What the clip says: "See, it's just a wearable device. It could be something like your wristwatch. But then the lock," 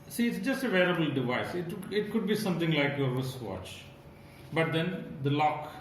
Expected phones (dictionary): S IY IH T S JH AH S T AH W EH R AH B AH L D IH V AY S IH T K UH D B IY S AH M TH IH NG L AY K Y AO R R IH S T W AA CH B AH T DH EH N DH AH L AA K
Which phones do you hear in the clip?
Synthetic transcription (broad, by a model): S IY IH T S JH AH S T AH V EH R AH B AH L D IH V AY S IH T K UH D B IY S AH M T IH NG L AY K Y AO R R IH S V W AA CH B AH T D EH N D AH L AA K